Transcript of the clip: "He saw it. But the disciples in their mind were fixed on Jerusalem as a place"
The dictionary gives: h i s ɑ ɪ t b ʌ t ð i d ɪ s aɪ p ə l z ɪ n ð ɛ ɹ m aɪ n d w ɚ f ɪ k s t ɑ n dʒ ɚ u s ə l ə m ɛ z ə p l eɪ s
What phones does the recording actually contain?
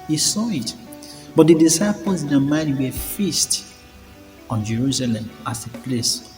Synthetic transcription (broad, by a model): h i s ɑ ɪ t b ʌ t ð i d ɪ s aɪ p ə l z ɪ n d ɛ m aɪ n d w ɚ f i s t ɑ n dʒ ɚ u s ə l ə m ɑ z ə p l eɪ s